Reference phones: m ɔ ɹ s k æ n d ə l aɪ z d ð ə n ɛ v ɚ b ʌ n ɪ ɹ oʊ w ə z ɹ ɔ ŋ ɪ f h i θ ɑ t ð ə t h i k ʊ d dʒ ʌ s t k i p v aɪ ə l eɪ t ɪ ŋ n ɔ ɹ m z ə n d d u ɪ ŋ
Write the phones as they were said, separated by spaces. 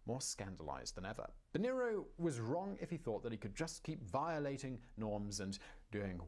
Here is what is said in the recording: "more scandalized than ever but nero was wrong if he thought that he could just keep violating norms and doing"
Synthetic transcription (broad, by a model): m ɔ ɹ s k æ n d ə l aɪ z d ð ə n ɛ v ɚ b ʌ n ɪ ɹ oʊ w ə z ɹ ɔ ŋ ɪ f h i θ ɑ t ð ə t h i k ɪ d dʒ ʌ s k i p v aɪ ə l eɪ t ɪ ŋ n ɔ ɹ m z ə n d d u ɪ ŋ